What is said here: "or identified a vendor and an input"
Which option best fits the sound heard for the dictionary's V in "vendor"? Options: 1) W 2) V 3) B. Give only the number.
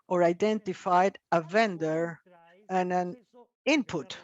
2